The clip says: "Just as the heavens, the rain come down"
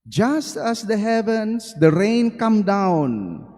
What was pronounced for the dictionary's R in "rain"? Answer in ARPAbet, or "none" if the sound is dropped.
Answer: R